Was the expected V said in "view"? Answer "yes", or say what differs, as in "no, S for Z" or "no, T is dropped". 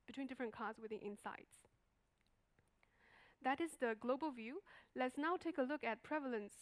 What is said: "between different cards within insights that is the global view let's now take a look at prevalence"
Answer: yes